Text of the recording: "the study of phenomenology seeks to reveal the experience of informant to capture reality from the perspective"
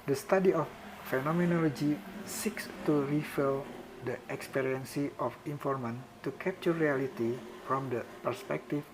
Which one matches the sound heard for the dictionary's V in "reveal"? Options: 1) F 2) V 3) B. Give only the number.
1